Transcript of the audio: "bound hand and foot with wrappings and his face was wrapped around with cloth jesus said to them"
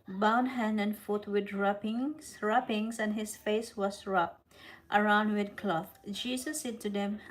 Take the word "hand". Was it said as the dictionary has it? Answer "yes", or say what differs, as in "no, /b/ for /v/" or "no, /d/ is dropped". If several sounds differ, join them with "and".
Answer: yes